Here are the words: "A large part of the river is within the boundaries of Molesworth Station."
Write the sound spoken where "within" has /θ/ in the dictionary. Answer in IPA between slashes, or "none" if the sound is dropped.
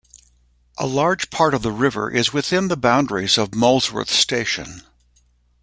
/θ/